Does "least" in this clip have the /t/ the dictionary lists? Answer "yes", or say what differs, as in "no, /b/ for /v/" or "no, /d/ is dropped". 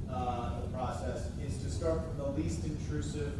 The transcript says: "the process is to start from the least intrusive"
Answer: yes